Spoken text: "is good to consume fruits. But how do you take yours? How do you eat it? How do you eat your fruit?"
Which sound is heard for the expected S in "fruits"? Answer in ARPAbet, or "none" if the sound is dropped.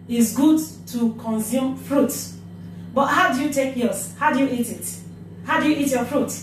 none